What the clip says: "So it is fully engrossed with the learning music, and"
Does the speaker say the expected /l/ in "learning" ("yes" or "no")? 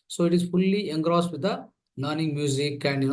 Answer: no